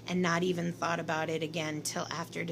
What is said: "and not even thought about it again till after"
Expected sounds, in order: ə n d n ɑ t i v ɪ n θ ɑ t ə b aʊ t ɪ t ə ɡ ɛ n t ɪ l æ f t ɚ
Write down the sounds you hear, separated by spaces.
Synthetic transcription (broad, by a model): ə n n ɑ t i v ɪ n θ ɑ t ə b aʊ t ɪ t ə ɡ ɛ n t ɪ l æ f t ɚ